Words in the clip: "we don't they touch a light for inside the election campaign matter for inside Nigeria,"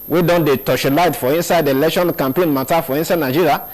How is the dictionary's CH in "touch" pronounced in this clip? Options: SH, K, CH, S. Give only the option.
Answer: SH